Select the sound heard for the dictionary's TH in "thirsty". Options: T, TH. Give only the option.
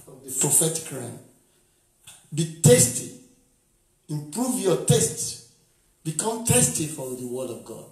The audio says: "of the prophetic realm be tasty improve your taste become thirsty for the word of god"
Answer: T